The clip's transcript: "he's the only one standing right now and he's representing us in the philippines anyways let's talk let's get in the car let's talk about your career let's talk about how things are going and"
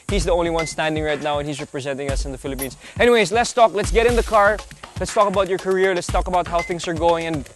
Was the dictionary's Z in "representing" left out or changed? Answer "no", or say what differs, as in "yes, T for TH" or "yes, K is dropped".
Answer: no